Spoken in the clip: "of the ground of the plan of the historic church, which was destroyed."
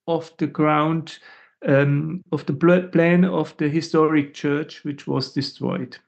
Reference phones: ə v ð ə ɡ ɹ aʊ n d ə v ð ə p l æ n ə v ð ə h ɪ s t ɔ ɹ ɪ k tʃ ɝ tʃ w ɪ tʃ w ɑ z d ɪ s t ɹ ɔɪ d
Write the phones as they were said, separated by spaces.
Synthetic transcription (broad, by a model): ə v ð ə ɡ ɹ aʊ n d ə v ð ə p l æ n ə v ð ə h ɪ s t ɔ ɹ ɪ k tʃ ɝ tʃ w ɪ tʃ w ɑ z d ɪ s t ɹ ɔɪ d